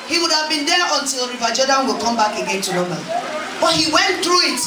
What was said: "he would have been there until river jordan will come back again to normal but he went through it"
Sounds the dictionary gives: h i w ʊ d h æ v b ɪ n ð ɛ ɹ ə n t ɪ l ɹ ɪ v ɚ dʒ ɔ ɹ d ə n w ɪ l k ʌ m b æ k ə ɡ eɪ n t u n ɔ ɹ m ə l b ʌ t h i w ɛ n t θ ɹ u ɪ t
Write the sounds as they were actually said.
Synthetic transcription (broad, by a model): h i w ʊ d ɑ v b ɪ n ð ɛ ə n t ɪ l ɹ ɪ v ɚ dʒ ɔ d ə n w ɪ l k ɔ m b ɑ k ə ɡ eɪ n t u l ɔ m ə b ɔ t h i w ɛ n t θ ɹ u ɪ t